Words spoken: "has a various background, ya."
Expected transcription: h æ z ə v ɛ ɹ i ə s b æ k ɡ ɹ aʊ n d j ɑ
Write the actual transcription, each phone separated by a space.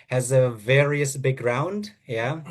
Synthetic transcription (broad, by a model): h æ z ə v ɛ ɹ i ə s b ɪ ɡ ɹ aʊ n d j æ